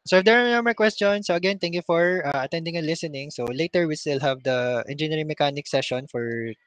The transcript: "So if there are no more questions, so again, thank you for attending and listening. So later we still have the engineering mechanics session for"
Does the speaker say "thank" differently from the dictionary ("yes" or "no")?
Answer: yes